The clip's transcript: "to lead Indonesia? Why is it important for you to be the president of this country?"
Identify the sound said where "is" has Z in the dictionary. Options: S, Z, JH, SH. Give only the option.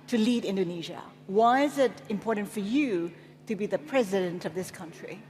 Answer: Z